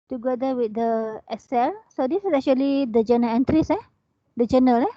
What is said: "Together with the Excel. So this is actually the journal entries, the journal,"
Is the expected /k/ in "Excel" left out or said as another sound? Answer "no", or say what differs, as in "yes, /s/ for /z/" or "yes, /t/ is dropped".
yes, /k/ is dropped